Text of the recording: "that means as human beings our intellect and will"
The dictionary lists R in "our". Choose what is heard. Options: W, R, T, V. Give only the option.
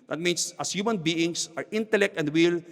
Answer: R